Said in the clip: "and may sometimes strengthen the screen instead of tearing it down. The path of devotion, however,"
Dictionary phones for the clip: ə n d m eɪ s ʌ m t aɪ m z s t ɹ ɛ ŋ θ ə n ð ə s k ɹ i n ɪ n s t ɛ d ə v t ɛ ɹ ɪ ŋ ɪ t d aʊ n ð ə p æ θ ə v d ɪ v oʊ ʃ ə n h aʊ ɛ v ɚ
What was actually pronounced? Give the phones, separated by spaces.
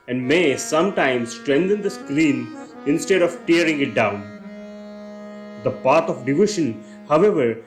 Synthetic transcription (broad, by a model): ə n d m eɪ s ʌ m t aɪ m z s t ɹ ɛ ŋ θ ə n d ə s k l i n ɪ n s t ɛ d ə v t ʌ ɹ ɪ ŋ ɪ t d aʊ n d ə p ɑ t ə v d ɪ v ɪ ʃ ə n h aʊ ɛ v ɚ